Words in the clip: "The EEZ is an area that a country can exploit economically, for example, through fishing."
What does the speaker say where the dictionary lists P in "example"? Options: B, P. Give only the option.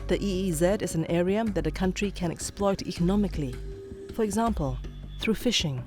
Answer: P